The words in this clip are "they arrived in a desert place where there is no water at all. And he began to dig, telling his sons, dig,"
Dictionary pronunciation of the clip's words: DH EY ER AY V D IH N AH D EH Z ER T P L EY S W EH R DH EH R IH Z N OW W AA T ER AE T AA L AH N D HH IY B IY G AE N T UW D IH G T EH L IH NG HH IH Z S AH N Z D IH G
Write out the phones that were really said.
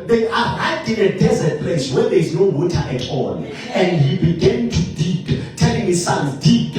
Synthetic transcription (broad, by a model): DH EY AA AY D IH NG AH D EH Z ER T P L EY S W EH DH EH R IH Z N OW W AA T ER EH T AA N AH N D HH IY B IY G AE N T UW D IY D T EH L IH NG HH IH Z S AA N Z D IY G